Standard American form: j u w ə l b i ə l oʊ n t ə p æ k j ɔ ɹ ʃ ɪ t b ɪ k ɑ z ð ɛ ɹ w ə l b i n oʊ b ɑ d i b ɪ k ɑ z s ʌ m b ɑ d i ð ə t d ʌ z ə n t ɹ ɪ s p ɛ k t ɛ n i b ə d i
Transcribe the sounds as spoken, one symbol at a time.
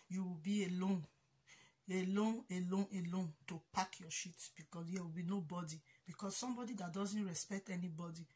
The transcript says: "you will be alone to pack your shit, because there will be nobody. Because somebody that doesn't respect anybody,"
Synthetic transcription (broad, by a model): j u w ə l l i ə l oʊ n t ə p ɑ k j ɔ ʃ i t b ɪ k ɑ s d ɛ w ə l b i n oʊ b ɑ d i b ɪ k ɑ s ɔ m b ɑ d i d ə t d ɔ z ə n t ɹ ɪ s p ɛ k t ɛ n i b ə d i